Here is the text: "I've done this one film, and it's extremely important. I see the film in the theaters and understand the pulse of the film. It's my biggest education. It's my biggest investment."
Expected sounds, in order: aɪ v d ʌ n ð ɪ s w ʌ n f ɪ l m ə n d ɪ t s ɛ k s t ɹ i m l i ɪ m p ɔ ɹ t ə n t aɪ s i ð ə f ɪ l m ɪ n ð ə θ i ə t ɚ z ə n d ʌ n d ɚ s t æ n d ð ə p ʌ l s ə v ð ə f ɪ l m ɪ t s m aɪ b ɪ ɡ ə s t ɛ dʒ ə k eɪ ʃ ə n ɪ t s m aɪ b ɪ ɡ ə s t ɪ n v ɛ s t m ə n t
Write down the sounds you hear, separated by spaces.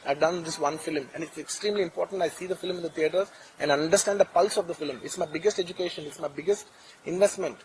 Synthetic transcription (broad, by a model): aɪ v d ʌ n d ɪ s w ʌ n f ɪ l m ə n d ɪ t s ɛ k s t ɹ i m l i ɪ m p ɔ ɹ t ə n t aɪ s i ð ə f ɪ l m ɪ n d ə t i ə t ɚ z ə n d ʌ n d ɚ s t æ n d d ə p ʌ l s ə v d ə f ɪ l m ɪ t s m aɪ b ɪ ɡ ə s t ɛ dʒ ə k eɪ ʃ ə n ɪ t s m aɪ b ɪ ɡ ə s t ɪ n v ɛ s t m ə n t